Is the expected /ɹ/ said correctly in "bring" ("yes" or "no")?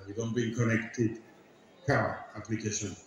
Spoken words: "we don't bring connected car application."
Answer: no